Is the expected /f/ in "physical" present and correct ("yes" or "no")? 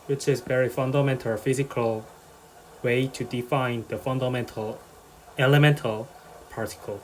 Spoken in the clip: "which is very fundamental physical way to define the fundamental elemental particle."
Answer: yes